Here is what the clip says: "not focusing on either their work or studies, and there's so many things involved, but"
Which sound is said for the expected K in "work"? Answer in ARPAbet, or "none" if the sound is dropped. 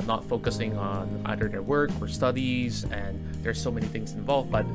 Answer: K